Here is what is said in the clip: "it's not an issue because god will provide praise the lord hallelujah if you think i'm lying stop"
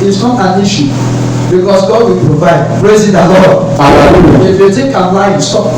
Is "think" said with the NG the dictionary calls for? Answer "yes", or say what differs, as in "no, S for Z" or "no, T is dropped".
no, NG is dropped